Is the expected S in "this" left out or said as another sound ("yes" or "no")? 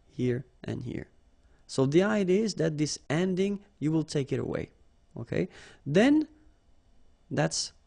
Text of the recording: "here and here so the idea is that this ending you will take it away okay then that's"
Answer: no